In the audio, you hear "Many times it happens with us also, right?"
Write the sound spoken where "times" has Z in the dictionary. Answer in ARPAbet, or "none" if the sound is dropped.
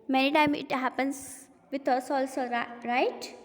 none